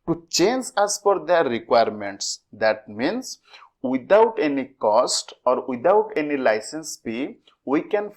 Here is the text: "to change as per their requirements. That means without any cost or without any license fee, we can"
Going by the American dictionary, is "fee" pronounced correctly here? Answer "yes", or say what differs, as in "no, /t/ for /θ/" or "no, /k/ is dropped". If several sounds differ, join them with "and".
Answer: no, /p/ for /f/